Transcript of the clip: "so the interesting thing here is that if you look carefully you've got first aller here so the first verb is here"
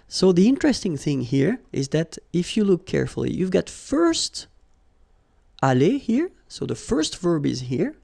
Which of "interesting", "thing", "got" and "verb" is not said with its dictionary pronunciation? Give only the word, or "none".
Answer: none